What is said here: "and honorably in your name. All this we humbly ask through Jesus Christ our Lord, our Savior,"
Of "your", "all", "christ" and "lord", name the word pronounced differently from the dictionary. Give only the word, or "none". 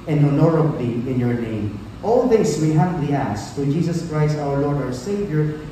none